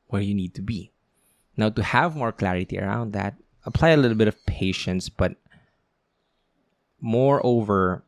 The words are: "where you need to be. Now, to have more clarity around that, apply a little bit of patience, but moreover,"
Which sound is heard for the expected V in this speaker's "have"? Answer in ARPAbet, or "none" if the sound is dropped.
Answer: V